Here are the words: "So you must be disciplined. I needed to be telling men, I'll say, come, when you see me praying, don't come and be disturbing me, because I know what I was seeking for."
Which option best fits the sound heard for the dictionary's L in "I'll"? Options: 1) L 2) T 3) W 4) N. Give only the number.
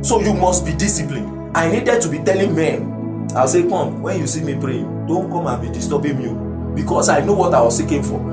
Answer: 3